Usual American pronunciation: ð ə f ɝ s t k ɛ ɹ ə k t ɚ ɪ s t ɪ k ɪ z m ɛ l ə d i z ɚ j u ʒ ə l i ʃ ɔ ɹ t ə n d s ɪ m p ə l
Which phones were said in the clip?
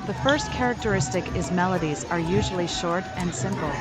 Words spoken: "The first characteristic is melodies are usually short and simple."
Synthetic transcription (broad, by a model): ð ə f ɝ s t k ɛ ɹ ə k t ɚ ɪ s t ɪ k ɪ z m ɛ l ə d i z ɚ j u ʒ l i ʃ ɔ ɹ t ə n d s ɪ m p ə l